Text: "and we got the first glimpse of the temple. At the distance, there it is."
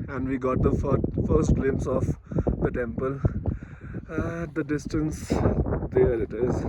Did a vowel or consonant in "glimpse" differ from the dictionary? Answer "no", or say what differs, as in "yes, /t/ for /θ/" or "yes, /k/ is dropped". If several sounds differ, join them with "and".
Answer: yes, /p/ is dropped